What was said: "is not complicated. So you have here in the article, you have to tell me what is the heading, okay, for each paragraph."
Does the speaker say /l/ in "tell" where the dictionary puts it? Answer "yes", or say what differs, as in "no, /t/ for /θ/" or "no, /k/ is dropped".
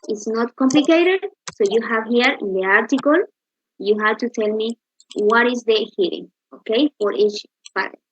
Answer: yes